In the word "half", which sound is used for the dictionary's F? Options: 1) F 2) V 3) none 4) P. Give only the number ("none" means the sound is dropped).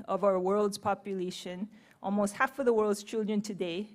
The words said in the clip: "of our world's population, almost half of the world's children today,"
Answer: 1